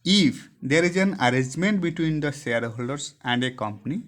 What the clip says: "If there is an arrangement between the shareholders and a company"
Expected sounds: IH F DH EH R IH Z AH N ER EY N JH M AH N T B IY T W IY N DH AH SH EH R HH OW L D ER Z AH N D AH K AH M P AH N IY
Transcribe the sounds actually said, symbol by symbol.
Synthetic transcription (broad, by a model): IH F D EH R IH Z AH N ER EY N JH M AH N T B IY T W IY N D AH S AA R HH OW L D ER S AH N D AH K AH M P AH N IY